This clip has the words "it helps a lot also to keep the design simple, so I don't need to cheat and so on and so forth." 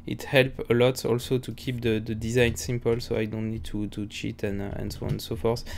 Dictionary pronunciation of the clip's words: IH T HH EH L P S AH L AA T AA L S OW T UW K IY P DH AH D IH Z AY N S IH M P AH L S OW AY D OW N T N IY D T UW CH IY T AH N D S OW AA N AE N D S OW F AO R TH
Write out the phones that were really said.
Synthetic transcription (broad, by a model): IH T HH EH L P AH L AA T AA L S OW T UW K IY P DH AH D IH Z AY N S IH M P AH L S OW AY D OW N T N IY D T UW CH IY T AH N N S OW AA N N S OW F AO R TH